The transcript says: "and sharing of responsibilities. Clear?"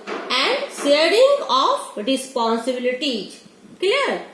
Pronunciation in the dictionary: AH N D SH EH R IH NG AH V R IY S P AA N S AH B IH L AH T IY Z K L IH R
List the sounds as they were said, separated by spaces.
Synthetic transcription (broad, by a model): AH N D S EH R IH NG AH F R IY S P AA N S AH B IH L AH T IY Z K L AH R